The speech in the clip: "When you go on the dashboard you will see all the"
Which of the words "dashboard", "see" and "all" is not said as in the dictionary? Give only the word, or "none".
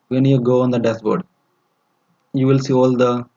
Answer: dashboard